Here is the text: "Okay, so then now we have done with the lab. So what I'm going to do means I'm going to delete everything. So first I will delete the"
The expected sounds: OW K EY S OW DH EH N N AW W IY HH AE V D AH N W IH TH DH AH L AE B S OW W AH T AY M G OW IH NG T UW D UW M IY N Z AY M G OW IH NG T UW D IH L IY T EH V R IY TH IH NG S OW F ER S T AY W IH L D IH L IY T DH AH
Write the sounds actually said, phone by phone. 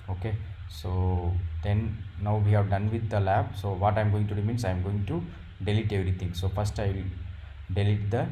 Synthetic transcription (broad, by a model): OW K EY S OW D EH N N AW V IY HH AE V D AH N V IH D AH L AE B S OW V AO T AY M G OW IH NG T UW D UW M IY N S AY M G OW IH NG T UW D IH L IY T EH V R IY T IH NG S OW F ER S T AY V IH L D IH L IY T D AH